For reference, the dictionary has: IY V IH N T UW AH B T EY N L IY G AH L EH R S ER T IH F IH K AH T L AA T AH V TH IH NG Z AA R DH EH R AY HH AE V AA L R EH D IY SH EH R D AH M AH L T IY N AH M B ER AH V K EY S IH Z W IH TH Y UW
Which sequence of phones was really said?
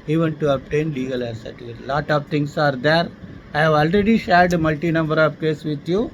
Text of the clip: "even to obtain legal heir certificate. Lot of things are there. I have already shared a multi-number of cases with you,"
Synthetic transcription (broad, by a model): IY V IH N T UW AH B T EY N L IY G AH L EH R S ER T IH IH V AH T L AA T AH V T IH NG S AA R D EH R AY HH AE V AA L R EH D IY SH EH R D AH M AH L T IY N AH M B ER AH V K EY S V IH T Y UW